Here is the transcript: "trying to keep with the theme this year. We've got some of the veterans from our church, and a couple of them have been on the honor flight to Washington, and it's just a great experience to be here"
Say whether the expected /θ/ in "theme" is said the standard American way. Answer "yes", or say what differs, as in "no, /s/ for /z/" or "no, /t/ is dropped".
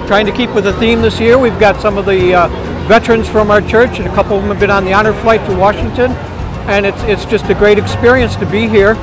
yes